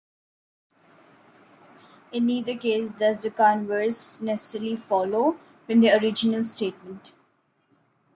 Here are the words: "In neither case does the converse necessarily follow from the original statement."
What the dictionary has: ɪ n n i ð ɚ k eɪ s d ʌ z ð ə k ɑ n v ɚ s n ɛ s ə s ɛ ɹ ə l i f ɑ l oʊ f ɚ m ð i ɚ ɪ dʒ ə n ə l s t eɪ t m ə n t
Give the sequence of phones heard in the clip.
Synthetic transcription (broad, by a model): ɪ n n i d ɚ k eɪ s d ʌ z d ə k ɑ n v ɚ s n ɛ s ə s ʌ ɹ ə l i f ɑ l oʊ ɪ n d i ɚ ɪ dʒ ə n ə l s t eɪ t m ə n t